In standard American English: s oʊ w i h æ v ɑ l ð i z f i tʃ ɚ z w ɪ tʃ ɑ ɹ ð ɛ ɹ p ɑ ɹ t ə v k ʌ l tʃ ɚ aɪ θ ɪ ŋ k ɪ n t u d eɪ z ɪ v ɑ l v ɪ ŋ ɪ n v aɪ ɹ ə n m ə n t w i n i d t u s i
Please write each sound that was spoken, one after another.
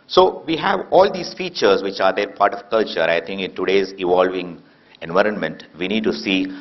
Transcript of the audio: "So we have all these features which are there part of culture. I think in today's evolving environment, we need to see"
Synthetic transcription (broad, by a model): s oʊ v i h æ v ɑ l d i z f i tʃ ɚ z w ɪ tʃ ɑ ɹ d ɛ ɹ p ɑ ɹ t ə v k ʌ l tʃ ɚ aɪ t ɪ ŋ k ɪ n t u d eɪ z ɪ v ɑ l v ɪ ŋ ɪ n v aɪ ɹ ə n m ə n t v i n i d t u s i